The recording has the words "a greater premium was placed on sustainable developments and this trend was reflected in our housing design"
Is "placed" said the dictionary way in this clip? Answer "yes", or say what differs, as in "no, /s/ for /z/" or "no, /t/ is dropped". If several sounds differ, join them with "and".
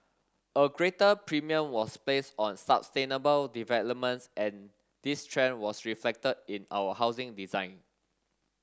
no, /t/ is dropped